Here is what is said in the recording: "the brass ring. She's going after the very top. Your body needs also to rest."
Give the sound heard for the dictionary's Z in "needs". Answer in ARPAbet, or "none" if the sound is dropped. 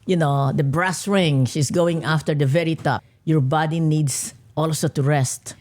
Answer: S